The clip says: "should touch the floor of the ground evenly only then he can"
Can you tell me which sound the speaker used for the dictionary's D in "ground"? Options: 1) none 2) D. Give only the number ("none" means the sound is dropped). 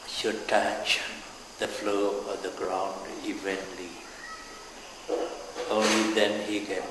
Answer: 2